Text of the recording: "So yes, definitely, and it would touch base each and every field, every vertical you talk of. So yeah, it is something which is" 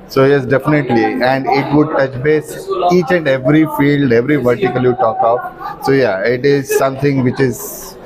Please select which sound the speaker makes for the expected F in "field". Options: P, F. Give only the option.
F